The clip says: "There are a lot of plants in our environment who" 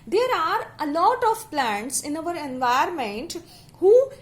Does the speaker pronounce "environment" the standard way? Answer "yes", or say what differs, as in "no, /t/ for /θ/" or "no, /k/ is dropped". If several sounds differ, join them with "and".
no, /ɹ/ is dropped